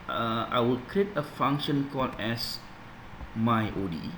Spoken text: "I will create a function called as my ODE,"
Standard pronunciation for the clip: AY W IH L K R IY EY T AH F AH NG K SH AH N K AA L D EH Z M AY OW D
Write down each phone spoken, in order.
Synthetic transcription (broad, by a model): AY W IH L K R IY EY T AH F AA NG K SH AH N K AA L EH S M AY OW D